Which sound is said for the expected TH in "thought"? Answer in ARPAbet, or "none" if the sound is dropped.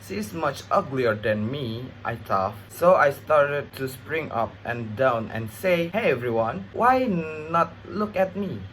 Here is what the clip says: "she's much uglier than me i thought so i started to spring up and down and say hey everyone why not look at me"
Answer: T